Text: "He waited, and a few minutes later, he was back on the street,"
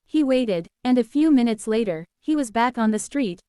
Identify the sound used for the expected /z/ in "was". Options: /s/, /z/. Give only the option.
/z/